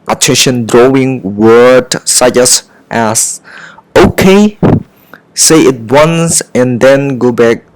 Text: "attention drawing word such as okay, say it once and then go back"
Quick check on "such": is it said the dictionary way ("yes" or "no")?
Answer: no